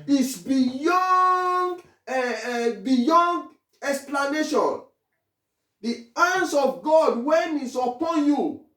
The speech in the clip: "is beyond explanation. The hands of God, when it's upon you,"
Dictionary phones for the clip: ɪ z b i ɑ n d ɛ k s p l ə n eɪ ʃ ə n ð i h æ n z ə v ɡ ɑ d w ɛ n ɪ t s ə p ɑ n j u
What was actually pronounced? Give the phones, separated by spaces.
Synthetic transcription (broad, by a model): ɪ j b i ɑ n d ɛ k s p l ə n eɪ ʃ ə n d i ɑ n s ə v ɡ ɑ d w ɛ n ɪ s ə p ɑ n j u